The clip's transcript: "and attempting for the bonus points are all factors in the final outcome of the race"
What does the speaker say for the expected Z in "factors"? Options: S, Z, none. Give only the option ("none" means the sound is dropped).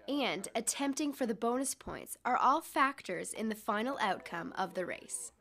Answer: Z